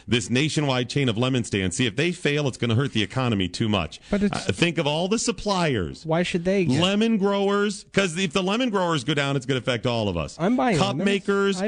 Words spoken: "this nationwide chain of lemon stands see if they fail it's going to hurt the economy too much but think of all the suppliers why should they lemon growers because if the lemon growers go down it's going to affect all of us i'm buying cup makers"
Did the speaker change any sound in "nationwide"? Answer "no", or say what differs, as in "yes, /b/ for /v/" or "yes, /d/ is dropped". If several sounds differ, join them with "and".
no